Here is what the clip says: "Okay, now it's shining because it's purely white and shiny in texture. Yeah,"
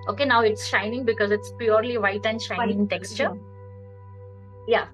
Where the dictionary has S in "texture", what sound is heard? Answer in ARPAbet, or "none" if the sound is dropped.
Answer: S